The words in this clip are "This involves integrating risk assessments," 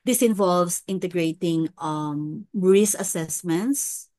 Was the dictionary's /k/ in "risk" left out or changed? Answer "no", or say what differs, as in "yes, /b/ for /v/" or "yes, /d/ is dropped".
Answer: yes, /k/ is dropped